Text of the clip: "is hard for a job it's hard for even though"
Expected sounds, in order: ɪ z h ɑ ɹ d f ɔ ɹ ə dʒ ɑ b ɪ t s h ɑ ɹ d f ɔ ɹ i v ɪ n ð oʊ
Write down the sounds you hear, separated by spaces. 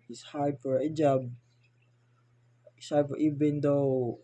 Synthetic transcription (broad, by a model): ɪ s h ɑ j f ɔ ɹ ə dʒ ɑ b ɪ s h ɑ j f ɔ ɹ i b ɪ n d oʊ